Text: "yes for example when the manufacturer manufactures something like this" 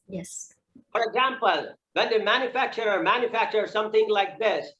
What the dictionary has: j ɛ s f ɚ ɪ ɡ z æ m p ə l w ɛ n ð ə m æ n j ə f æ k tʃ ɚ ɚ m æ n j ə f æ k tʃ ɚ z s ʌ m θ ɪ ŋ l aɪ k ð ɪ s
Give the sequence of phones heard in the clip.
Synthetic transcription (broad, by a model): j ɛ s f ɚ ɪ ɡ z æ m p ə l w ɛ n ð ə m æ n j ə f æ k tʃ ɚ ɚ m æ n j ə f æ k tʃ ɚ s ʌ m θ ɪ ŋ l aɪ k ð ɪ s